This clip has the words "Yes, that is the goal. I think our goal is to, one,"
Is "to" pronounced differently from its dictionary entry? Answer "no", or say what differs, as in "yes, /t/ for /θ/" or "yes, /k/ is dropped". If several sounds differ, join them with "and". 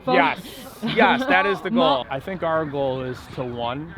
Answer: no